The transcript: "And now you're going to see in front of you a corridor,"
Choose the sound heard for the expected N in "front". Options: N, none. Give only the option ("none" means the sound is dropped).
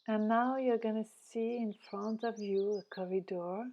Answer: N